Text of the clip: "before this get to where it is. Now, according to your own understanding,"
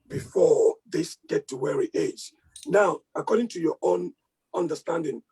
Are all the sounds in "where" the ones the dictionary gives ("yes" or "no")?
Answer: yes